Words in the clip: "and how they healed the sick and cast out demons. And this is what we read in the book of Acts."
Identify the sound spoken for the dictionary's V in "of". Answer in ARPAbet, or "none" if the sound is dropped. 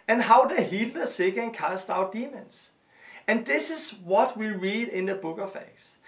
F